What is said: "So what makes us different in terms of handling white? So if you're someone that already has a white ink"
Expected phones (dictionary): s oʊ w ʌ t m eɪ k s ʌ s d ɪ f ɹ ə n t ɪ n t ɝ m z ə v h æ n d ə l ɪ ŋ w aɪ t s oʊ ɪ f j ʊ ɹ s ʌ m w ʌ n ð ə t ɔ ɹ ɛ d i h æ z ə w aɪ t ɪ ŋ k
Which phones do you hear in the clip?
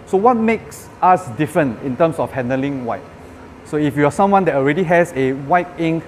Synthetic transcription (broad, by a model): s oʊ w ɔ t m eɪ k s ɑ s d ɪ f ɹ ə n ɪ n t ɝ m s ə f h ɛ n d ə l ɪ ŋ w aɪ t s oʊ ɪ f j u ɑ s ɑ m w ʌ n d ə t ɔ ɹ ɛ d i h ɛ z ə w aɪ t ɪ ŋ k